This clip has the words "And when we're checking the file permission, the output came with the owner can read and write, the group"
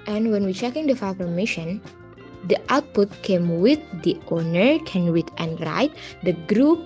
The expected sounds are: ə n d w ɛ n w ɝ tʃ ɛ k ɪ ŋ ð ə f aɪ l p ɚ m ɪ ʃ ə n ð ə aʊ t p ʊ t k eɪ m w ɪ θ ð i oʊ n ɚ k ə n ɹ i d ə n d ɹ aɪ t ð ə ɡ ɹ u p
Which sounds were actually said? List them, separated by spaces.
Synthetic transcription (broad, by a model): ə n w ɛ n w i tʃ ɛ k ɪ ŋ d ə f aɪ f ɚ m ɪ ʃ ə n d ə aʊ t p ʊ t k eɪ m w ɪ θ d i oʊ n ɚ k ə n w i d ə n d ɹ aɪ t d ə ɡ ɹ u p